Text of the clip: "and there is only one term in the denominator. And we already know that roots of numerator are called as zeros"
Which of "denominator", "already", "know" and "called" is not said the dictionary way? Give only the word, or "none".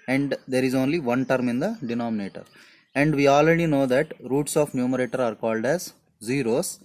none